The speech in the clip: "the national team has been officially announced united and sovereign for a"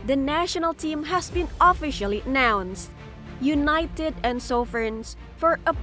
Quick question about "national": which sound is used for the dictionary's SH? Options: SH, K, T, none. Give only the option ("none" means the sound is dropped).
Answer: SH